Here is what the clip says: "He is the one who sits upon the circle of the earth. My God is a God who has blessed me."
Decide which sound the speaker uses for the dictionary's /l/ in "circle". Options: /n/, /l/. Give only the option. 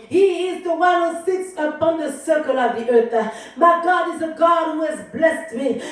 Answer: /l/